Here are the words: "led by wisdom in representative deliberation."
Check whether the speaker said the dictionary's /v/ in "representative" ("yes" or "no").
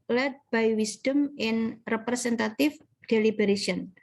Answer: no